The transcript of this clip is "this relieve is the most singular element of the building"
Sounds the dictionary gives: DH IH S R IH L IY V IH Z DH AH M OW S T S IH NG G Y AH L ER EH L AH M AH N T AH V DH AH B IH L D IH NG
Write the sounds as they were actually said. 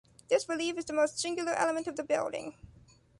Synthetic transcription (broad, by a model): DH IH S R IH L IY F IH Z DH AH M OW S T S IH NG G Y L ER EH L AH M AH N T AH V DH AH B IH L D IH NG